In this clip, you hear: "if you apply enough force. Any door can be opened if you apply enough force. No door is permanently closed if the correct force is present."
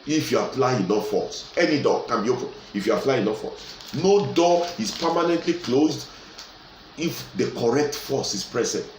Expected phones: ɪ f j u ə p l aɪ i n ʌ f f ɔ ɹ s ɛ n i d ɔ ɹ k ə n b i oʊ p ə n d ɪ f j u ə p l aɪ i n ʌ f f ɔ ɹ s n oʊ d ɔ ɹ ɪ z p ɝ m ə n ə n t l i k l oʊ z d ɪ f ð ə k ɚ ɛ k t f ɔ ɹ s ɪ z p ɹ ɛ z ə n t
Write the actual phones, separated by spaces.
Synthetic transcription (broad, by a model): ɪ f j u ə f l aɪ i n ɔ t f ɔ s ɛ n i d ɔ k ə n b i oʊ p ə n ɪ f j u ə f l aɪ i n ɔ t f ɔ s n oʊ d ɔ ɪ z p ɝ m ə n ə n t l i k l oʊ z d ɪ f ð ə k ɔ ɛ k t f ɔ s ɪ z p ɹ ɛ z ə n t